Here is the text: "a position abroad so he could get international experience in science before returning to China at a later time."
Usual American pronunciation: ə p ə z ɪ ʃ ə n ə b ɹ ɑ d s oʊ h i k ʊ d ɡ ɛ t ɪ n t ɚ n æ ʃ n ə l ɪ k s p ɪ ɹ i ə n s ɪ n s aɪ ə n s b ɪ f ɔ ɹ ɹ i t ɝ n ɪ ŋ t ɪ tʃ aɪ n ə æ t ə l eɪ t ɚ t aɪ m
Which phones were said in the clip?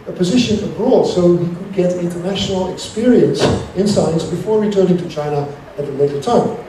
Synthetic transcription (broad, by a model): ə p ə z ɪ ʃ ə n ə b ɹ ɑ d s oʊ h i k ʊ d ɡ ɛ t ɪ n t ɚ n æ ʃ n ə l ɪ k s p ɪ ɹ i ə n s ɪ n s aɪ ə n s b ɪ f ɔ ɹ ɹ i t ɝ n ɪ ŋ t ɪ tʃ aɪ n ə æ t ə l eɪ t ɚ t aɪ m